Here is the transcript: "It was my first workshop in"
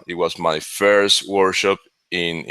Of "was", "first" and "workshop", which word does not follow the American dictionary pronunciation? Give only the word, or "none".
workshop